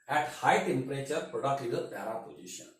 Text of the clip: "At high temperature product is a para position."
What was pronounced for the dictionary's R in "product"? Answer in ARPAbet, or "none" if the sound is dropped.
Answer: R